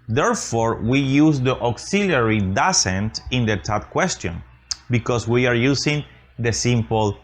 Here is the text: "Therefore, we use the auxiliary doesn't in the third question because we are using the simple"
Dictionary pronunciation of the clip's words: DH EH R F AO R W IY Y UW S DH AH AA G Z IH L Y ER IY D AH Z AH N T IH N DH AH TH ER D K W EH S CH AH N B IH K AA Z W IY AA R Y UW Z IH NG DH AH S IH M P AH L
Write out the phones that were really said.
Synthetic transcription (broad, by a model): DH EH R F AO R W IY Y UW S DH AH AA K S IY L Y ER IY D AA S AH N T IH N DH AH T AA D K W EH S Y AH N B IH K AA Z W IY AA R Y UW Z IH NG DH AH S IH M P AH L